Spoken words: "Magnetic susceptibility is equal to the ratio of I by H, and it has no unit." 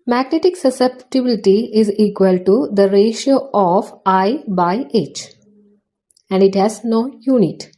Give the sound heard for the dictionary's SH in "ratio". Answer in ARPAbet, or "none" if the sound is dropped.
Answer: SH